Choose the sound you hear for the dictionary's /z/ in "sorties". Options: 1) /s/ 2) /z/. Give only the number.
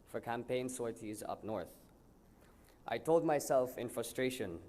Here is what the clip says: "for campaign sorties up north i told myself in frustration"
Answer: 2